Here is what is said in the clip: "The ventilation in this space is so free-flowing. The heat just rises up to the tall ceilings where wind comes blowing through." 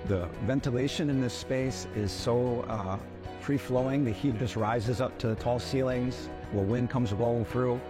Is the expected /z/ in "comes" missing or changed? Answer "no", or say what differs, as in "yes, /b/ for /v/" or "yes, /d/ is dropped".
no